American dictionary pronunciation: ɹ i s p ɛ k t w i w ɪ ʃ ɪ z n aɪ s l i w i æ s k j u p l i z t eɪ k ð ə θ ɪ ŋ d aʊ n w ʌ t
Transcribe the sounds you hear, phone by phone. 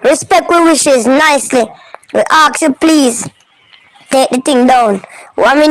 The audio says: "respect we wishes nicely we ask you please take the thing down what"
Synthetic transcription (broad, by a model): ɹ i s p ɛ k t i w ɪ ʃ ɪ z n aɪ s l i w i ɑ k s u p l i z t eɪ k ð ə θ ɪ ŋ d aʊ n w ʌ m